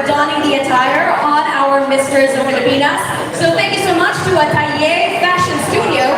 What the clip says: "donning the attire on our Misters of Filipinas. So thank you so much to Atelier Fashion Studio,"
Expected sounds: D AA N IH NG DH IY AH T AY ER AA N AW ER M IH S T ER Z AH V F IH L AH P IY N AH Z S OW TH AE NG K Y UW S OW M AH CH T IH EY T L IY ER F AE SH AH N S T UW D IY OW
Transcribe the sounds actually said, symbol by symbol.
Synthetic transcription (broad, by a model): D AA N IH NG DH IY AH T AY ER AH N AW ER M IH S T ER Z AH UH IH AH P IY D AH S S OW TH AE NG K Y UW S OW M AH CH T IH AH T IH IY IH F AE SH AH N S T UW D IY OW